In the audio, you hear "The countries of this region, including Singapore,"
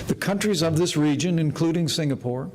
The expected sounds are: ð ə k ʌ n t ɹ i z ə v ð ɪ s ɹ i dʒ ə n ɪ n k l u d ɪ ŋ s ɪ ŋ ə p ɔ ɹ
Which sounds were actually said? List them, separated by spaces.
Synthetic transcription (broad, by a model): ð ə k ʌ n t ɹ i z ə v ð ɪ s ɹ i dʒ ə n ɪ n k l u d ɪ ŋ s ɪ ŋ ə p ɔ ɹ